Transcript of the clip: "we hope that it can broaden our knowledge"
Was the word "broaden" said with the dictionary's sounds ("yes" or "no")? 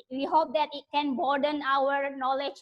no